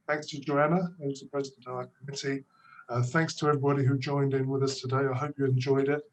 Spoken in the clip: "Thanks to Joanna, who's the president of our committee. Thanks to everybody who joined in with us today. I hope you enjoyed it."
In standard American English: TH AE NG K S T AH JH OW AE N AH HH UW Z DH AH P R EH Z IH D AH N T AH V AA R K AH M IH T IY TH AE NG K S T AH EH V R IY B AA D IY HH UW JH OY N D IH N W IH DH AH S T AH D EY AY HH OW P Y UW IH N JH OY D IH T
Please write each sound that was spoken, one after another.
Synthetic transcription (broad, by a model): TH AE NG K S T AH JH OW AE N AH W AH Z DH AH P R EH Z IH D AH N T AH V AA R K AH M IH T IY TH AE NG K S T AH EH V R IY B AA D IY HH UW JH OY N D IH N W IH DH AH S T AH D EY AY HH OW P Y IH IH N JH OY D IH T